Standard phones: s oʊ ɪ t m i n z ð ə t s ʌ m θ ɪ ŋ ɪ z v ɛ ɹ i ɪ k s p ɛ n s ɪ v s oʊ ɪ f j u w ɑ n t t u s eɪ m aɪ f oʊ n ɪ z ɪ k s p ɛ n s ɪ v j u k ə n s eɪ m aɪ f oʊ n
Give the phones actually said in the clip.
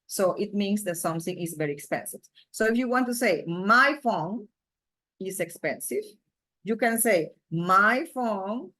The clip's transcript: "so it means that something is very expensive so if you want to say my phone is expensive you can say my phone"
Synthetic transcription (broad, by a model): s oʊ ɪ t m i n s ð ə t s ʌ m θ ɪ ŋ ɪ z v ɛ ɹ i ɪ k s p ɛ n s ɪ v s oʊ ɪ f j u w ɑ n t t u s eɪ m aɪ f oʊ n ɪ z ɪ k s p ɛ n s ɪ v j u k ə n s eɪ m aɪ f oʊ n